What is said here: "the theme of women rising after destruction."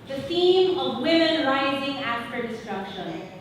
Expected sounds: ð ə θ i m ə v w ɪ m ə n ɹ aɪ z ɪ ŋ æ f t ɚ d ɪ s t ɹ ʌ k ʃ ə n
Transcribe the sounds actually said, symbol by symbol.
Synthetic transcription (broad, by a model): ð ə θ i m ə v w ɪ m ə n ɹ aɪ z ɪ ŋ æ f t ɚ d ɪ s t ɹ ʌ k ʃ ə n